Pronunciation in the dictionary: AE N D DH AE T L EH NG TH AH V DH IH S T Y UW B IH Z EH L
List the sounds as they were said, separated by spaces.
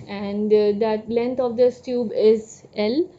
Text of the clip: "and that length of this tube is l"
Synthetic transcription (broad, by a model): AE N D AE T L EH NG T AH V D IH S T Y UW B IH Z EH L